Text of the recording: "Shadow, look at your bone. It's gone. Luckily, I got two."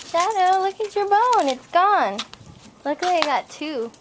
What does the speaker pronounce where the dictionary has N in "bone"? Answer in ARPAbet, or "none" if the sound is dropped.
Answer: N